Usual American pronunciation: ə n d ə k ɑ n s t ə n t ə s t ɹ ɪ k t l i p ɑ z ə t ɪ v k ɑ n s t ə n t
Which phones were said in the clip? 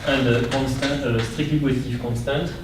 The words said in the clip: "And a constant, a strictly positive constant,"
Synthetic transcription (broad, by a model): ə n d ə k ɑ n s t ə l ə s t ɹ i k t i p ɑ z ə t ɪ f k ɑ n s t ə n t